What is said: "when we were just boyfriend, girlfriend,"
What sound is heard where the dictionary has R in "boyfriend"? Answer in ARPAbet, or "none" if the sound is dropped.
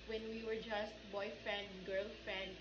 none